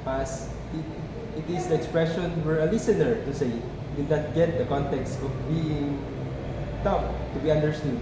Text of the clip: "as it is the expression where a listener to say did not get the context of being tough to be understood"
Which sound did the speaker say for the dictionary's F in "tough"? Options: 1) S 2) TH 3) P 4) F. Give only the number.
3